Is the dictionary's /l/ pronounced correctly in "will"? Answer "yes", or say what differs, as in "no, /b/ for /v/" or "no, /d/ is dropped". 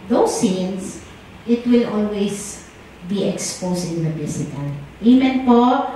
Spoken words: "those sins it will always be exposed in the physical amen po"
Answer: yes